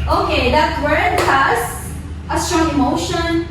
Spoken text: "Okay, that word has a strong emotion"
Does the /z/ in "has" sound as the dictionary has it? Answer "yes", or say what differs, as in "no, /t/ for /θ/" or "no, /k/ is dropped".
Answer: no, /s/ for /z/